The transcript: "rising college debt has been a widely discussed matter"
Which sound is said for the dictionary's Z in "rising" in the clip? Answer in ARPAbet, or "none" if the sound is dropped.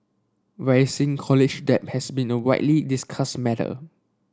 S